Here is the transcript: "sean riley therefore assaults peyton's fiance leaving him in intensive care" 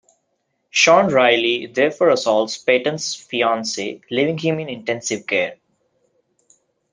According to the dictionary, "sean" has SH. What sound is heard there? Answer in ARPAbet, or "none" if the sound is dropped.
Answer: SH